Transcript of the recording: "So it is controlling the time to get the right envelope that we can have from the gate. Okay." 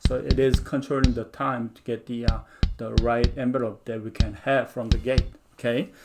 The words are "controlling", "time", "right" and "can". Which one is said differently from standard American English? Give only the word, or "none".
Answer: controlling